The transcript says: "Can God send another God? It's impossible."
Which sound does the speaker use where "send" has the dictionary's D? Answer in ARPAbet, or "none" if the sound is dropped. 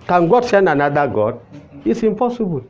none